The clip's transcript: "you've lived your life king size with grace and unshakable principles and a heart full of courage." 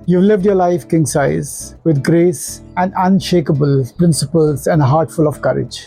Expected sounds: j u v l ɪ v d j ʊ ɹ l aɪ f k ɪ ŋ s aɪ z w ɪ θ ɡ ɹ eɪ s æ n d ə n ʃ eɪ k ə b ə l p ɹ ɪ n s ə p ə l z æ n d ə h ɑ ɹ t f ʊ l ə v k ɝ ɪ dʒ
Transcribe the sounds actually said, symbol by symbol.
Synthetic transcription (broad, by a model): j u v l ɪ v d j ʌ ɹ l aɪ f k ɪ ŋ s aɪ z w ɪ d ɡ ɹ eɪ s æ n d ə n ʃ eɪ k ə b ə l p ɹ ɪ n s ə p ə l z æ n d ə h ɑ ɹ t f ʊ l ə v k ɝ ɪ dʒ